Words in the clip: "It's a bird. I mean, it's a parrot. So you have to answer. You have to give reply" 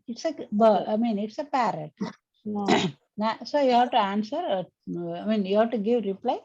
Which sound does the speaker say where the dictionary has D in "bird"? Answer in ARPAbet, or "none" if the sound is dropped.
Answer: none